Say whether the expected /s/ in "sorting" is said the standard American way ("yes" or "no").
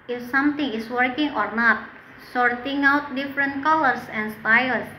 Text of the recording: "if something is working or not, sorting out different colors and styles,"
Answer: yes